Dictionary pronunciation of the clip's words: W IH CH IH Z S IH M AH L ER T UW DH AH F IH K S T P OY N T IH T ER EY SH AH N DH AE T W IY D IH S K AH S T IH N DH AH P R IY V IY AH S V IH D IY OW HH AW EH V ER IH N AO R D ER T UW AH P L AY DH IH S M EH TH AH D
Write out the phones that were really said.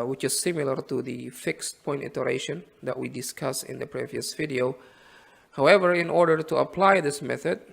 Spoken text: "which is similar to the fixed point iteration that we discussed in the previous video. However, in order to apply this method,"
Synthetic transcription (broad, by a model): W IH CH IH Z S IH M AH L ER T UW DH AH F IH K S T P OY N T IH T ER EY SH AH N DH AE T W IY D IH S K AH S IH N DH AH P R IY V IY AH S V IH D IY OW HH AW EH V ER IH N AO R D ER T UW AH P L AY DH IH S M EH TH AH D